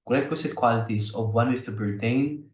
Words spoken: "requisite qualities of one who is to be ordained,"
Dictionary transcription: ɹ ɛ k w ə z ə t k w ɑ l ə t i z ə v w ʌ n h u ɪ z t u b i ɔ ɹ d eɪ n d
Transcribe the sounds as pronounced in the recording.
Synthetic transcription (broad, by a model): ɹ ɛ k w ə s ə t k w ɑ l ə t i s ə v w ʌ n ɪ s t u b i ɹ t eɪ n